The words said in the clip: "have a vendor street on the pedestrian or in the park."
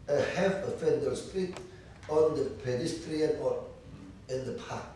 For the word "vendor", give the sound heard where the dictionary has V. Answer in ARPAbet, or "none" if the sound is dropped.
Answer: F